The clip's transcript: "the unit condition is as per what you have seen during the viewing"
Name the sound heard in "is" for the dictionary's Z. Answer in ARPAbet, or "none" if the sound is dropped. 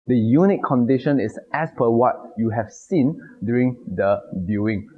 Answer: S